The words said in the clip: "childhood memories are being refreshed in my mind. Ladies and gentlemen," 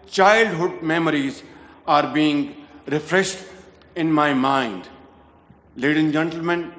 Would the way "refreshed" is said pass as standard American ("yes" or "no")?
yes